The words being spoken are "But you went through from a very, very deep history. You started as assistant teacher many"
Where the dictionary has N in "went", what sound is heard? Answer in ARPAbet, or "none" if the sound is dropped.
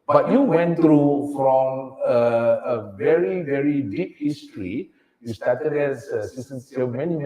N